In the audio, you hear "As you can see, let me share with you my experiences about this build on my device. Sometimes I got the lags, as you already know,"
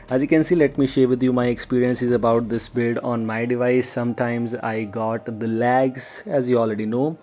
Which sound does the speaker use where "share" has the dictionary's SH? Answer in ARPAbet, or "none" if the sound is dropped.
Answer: SH